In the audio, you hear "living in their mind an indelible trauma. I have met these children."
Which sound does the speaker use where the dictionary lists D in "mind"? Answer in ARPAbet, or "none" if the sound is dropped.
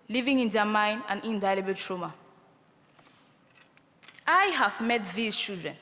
none